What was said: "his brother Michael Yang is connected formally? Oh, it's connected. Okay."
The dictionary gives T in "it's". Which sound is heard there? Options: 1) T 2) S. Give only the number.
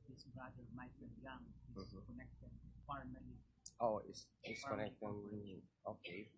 2